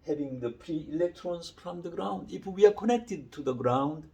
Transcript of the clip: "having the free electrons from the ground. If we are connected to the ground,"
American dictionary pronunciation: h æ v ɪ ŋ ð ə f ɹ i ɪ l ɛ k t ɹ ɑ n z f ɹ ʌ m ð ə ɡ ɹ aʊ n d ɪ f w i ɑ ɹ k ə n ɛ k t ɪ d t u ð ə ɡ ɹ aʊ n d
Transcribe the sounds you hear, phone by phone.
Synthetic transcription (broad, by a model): h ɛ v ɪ ŋ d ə p ɹ i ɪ l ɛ k t ɹ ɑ n s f ɹ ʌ m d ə ɡ ɹ aʊ n d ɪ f w i ɑ ɹ k ə n ɛ k t ɪ d t u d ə ɡ ɹ aʊ n d